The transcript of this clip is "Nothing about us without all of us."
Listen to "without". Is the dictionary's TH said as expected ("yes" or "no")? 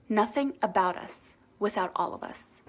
yes